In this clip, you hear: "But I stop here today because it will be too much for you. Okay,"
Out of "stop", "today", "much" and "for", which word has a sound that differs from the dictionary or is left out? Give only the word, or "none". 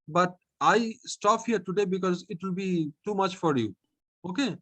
none